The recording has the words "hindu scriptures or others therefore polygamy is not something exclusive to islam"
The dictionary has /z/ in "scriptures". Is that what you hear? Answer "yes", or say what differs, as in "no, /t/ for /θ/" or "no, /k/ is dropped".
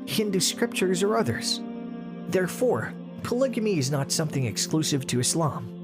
yes